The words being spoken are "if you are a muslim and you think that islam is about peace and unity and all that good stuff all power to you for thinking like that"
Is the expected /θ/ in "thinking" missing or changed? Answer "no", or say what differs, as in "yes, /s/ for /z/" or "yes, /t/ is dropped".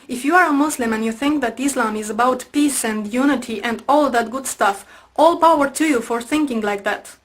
no